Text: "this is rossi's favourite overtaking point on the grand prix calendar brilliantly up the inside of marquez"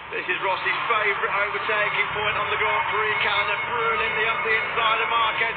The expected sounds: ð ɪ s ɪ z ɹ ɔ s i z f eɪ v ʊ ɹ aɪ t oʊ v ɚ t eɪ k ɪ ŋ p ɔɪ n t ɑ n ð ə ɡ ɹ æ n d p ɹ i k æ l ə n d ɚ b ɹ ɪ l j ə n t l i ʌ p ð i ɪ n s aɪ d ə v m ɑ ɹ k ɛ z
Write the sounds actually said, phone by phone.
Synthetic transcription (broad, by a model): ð ɪ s ɪ z ɹ ɔ s i z f eɪ v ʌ ɹ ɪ t oʊ v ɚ t eɪ k ɪ ŋ p ɔɪ n t n ð ə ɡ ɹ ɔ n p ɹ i k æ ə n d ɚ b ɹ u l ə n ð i ʌ p ð i ɪ n s aɪ d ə m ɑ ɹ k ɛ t